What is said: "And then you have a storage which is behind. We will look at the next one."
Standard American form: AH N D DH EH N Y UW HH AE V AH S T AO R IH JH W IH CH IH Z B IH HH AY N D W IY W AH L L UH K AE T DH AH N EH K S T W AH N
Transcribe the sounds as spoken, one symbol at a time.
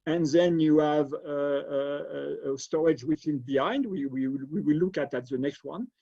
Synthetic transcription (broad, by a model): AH N DH EH N Y UW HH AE V AH S T AO R IH JH W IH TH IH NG B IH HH AY N D W IY W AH W L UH K AE T DH AH N EH K S T W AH N